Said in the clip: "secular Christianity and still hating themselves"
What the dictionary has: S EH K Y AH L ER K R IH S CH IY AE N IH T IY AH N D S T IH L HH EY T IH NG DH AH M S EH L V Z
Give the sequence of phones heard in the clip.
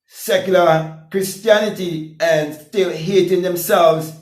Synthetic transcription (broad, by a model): S EH K Y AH L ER K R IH S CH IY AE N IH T IY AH N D S T IH L HH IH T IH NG DH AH M S EH L V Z